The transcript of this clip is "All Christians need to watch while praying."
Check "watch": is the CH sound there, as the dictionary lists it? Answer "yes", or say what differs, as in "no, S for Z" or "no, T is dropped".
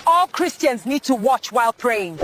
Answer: yes